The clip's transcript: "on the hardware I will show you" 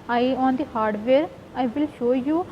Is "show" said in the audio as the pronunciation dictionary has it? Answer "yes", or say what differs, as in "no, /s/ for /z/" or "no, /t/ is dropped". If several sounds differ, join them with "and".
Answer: yes